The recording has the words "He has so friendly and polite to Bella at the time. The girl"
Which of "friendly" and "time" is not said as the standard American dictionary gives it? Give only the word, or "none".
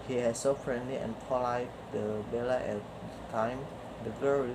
none